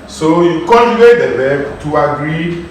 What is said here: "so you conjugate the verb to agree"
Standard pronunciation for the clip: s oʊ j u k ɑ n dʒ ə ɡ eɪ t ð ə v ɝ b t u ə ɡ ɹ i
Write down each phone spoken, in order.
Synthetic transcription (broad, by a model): s oʊ j u k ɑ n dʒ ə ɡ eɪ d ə b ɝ t u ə ɡ ɹ i